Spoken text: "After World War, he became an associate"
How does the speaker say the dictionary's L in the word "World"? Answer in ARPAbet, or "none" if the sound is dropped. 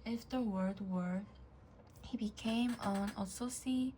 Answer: none